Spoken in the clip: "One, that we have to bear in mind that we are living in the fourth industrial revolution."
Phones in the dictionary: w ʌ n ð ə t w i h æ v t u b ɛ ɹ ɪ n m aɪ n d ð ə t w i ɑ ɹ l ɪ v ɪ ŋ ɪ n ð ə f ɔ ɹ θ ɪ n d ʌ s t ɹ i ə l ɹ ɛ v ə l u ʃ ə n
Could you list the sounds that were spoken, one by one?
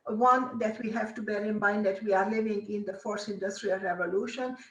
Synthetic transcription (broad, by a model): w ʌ n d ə t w i h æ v t u b ɛ ɹ ɪ n m aɪ n d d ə t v i ɑ ɹ l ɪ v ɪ ŋ ɪ n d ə f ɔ ɹ s ɪ n d ʌ s t ɹ i ə l ɹ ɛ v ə l u ʃ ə n